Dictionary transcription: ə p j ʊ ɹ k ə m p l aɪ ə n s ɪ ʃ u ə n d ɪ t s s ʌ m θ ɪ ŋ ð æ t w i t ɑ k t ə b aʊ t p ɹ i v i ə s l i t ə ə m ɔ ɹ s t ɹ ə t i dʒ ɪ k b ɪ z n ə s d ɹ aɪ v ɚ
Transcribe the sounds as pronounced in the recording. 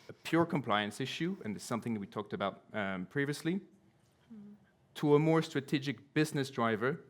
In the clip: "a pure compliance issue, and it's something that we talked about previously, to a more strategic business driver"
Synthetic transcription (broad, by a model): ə p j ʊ ɹ k ə m p l aɪ ə n s ɪ ʃ u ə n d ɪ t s s ʌ m θ ɪ ŋ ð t w i t ɑ k t ə b aʊ t p ɹ i v i ə s l i t ə ə m ɔ ɹ s t ɹ ə t i dʒ ɪ k b ɪ z n ə s d ɹ aɪ v ɚ